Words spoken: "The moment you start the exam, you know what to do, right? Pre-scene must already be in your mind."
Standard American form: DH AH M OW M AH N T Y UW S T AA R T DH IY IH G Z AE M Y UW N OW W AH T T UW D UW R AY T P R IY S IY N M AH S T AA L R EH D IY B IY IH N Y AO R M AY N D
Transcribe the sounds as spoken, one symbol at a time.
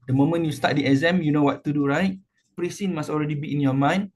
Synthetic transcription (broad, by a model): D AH M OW M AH N Y UW S T AA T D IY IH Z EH M Y UW N OW W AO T T UW D UW R AY T P R IY S IY N M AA S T AA L R EH D IY B IY IH N Y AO M AY N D